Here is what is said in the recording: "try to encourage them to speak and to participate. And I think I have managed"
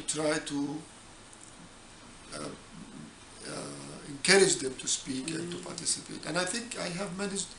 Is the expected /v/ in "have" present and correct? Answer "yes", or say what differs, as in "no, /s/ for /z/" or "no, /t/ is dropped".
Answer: yes